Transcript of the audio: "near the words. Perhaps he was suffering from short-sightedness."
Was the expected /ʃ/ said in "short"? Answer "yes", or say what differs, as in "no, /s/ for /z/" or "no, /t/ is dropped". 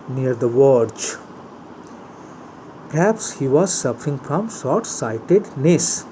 no, /s/ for /ʃ/